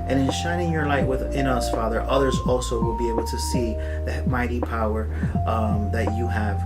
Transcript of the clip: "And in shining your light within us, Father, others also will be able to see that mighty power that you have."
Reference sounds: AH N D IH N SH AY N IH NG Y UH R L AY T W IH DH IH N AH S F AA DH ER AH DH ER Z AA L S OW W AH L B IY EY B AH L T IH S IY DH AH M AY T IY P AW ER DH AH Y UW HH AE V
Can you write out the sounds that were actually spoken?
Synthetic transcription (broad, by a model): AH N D IH N SH AY N IH NG Y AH R L AY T W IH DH IH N AH S F AA DH ER AH DH ER Z AA L S OW W AH L B IY EY B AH L T IH S IY DH AH M AY T IY P AW ER DH AH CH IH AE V